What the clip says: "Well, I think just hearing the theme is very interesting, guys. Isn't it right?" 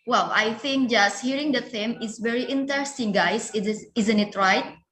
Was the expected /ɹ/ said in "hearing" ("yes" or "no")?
yes